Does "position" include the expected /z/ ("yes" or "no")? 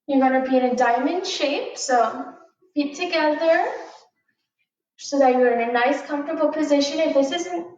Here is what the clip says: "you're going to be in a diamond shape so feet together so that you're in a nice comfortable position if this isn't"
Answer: yes